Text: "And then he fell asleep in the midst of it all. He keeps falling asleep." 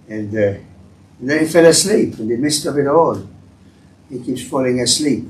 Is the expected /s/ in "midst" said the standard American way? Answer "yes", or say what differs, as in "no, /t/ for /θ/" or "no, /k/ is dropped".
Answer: yes